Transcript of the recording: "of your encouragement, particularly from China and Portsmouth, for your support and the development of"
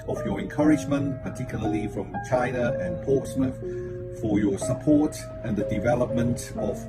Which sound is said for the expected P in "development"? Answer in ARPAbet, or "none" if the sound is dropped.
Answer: P